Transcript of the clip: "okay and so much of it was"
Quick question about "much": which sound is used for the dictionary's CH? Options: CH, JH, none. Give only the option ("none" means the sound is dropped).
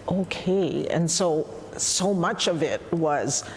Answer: CH